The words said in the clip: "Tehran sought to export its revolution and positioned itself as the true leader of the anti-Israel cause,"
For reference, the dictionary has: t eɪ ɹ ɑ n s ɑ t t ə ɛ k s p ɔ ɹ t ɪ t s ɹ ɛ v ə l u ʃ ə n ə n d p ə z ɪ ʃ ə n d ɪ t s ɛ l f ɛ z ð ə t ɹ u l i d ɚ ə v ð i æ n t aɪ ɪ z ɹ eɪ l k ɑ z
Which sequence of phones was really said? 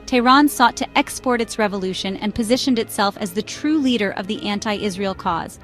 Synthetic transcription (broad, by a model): t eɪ ɹ ɑ n s ɑ t t ɛ k s p ɔ ɹ t ɪ t s ɹ ɛ v ə l u ʃ ə n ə n p ə z ɪ ʃ ə n d ɪ t s ɛ l f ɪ z ð ə t ɹ u l i d ɚ ə v ð i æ n t aɪ ɪ z ɹ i l k ɑ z